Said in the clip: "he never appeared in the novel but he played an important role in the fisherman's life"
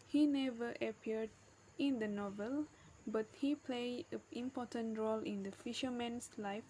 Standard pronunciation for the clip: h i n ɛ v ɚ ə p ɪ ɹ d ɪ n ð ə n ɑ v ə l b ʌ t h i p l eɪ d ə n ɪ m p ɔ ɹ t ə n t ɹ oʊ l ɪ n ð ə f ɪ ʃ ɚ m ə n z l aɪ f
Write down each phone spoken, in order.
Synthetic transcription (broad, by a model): h i n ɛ v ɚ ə p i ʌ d ɪ n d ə n ɑ v ə l b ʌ t h i p l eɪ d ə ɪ m p ɔ t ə n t ɹ oʊ l ɪ n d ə f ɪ ʃ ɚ m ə n s l aɪ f